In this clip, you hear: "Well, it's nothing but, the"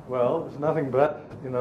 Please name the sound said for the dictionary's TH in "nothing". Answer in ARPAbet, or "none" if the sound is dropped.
TH